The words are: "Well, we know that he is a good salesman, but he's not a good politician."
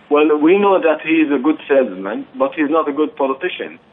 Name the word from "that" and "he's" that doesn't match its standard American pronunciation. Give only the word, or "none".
none